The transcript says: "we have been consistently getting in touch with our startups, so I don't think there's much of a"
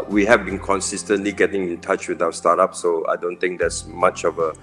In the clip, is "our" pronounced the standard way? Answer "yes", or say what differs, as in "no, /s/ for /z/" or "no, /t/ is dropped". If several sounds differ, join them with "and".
no, /w/ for /ɹ/